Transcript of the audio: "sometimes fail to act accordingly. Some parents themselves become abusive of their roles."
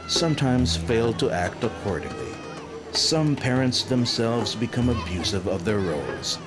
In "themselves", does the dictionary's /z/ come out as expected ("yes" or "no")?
yes